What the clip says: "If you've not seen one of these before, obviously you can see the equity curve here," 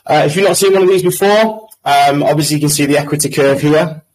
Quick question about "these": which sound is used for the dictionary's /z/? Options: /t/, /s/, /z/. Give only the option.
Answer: /z/